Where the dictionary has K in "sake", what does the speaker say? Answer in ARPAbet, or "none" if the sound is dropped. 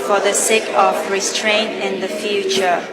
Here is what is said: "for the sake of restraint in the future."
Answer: K